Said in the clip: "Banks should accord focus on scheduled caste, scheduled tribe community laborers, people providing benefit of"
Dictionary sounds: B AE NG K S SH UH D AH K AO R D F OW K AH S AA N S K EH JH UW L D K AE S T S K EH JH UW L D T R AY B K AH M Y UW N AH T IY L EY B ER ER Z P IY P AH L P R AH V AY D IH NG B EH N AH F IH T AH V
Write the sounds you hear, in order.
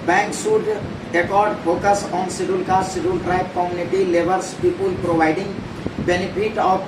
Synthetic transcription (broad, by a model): B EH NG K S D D AH K AO R D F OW K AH S AA N S IY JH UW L K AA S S IY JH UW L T R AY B K AH M Y UW N AH T IY L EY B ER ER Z P IY P AH L P R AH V AY D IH NG B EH N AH P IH T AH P